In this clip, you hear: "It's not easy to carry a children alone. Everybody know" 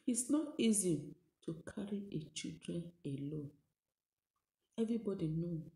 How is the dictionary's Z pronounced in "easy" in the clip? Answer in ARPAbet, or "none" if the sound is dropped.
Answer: Z